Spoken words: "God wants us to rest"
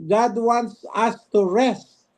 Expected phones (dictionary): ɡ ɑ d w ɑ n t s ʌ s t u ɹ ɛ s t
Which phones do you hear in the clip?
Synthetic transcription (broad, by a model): ɡ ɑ d w ɑ n t s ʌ s t u ɹ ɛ s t